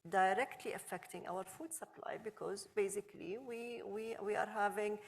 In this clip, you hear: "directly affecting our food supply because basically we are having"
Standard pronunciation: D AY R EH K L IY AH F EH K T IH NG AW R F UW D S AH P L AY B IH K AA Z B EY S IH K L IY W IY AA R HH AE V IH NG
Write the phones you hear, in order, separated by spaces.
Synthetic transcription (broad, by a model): D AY R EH K L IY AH F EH K T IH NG AW R F UW D S AH P L AY B IH K AA Z B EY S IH K L IY W IY AA R HH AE V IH NG